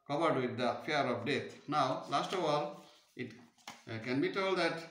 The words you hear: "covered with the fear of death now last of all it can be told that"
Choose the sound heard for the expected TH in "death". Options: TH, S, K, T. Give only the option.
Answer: T